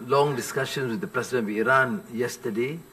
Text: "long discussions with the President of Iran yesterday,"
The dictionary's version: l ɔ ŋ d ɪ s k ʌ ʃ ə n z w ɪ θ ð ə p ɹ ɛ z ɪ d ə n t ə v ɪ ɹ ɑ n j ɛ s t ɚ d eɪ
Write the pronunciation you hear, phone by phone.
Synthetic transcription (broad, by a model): l ɔ ŋ d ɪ s k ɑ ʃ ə n s w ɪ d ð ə p ɹ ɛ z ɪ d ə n ə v ɪ ɹ ɑ n j ɛ s t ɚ d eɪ